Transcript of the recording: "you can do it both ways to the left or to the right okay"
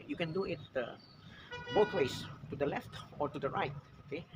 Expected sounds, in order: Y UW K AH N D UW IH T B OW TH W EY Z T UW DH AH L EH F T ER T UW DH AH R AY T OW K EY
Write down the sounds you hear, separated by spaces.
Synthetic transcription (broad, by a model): Y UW K AH N D UW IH T B OW T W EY S T UW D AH L EH F T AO T UW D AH R AY T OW K EY